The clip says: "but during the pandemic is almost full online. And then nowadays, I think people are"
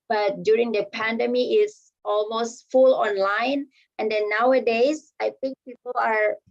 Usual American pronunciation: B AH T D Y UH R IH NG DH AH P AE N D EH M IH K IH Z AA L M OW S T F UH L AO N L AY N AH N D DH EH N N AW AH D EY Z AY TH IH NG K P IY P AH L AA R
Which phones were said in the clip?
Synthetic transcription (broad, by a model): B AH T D Y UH R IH NG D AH P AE N D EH M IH IH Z AA L M OW S T F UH L AO N L AY N AH N D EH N N AW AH D EY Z AY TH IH NG K P IY P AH L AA R